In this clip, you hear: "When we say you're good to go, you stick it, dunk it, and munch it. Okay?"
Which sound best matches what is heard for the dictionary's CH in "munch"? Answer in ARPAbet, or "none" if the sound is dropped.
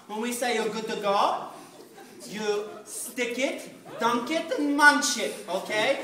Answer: SH